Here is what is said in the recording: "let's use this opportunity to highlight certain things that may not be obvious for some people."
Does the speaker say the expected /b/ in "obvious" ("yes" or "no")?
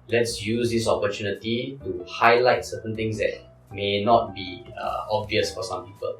yes